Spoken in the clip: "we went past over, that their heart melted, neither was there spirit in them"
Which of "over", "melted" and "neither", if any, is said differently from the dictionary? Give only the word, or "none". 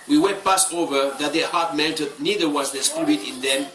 melted